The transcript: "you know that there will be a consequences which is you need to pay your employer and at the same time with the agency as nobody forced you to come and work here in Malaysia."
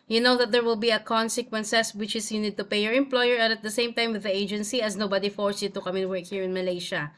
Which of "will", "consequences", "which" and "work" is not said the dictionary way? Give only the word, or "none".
consequences